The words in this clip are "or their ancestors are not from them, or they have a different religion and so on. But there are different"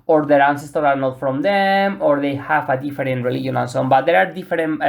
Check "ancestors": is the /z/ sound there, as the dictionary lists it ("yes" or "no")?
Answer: no